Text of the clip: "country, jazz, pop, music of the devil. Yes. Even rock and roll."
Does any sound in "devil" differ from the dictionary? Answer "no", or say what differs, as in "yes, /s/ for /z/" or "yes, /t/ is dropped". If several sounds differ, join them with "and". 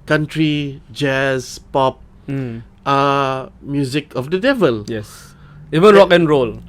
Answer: no